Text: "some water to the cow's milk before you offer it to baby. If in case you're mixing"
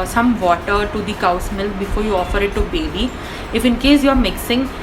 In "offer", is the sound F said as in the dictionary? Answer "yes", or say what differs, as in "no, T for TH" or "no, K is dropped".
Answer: yes